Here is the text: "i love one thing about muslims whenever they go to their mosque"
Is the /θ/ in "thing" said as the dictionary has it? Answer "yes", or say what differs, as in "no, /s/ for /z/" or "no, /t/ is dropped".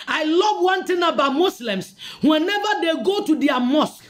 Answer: no, /t/ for /θ/